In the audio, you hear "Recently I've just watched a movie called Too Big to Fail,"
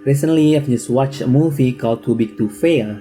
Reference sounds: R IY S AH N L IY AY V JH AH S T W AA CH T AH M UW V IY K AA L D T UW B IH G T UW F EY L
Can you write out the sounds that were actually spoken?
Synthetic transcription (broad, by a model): R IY S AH N L IY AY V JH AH S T W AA CH AH M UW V IY K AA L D T UW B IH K T UW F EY